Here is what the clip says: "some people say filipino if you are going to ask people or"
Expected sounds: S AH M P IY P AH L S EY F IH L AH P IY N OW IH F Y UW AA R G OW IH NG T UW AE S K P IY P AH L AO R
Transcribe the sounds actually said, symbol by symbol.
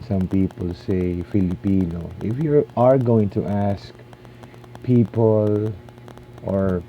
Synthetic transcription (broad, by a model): S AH M P IY P AH L S EY F IH L AH P IY N OW IH F Y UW AA R G OW IH NG T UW AE S K P IY P AH L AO R